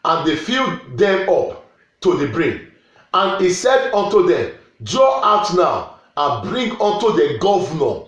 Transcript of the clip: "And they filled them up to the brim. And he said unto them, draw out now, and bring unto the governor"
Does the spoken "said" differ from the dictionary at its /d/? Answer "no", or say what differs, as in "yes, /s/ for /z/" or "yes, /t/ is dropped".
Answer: no